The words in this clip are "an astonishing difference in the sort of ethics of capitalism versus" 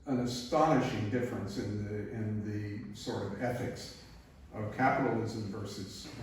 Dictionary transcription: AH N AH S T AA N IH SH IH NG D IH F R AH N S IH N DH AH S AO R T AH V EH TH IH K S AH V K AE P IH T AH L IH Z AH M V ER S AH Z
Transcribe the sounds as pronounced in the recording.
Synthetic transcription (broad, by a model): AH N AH S T AA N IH SH IH NG D IH F R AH N S IH N DH AH S AO R T AH V EH TH IH K S AH V K AE P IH T L IH Z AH M V ER S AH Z